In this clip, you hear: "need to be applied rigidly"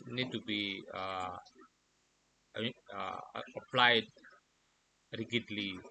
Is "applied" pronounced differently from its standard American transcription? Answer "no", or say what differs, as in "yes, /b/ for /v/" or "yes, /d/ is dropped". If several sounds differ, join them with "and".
no